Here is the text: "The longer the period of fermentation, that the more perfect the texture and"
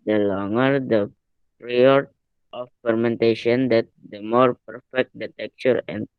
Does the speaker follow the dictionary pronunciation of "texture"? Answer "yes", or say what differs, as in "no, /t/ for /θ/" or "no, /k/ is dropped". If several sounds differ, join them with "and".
no, /s/ is dropped